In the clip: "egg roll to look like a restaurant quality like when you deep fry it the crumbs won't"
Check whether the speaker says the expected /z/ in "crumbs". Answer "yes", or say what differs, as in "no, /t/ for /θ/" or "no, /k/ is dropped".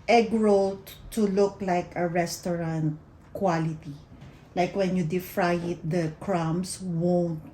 no, /s/ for /z/